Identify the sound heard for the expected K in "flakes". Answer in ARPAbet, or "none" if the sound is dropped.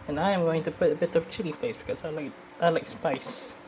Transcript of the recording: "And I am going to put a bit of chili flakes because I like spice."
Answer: none